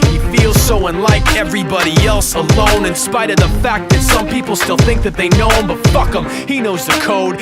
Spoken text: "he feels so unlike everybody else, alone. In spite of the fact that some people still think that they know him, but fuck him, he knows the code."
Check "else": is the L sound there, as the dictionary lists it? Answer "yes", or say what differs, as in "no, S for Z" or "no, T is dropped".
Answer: yes